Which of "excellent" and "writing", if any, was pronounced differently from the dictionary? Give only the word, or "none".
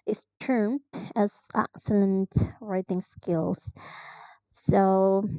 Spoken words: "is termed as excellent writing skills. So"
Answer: none